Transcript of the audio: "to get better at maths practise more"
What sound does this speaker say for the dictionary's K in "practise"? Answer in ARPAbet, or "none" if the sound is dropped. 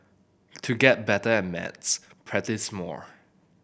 none